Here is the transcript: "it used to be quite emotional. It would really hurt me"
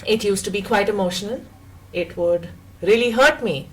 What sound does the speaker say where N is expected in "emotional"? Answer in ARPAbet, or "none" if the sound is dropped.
none